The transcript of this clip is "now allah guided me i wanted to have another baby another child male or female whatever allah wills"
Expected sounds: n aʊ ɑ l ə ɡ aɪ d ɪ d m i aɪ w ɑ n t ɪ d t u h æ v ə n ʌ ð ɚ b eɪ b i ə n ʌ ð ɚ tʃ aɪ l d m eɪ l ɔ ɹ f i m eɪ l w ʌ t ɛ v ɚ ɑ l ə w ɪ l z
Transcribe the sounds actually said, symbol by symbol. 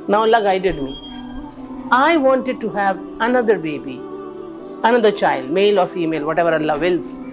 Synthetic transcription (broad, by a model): n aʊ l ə ɡ aɪ d ɪ d m i aɪ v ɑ n t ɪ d t u h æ v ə n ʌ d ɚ b eɪ b i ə n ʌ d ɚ tʃ aɪ l d m eɪ l ɔ ɹ f i m eɪ l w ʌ t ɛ v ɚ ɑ l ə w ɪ l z